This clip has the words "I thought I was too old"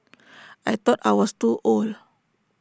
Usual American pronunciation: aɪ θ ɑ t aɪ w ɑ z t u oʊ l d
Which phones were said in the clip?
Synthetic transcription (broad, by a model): aɪ t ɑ t aɪ w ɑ s t u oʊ l